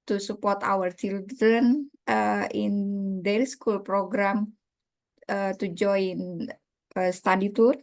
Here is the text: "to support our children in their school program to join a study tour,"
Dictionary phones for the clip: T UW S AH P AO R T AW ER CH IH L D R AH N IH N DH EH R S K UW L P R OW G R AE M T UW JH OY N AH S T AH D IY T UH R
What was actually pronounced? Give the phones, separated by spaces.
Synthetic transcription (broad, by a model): T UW S AH P AO R T AW ER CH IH L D AH N IH N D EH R S K UW L P R OW G R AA M T UW JH OY N AH S T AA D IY T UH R